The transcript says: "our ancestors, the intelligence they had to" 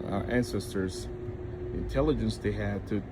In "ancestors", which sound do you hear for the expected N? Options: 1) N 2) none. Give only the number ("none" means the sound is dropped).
1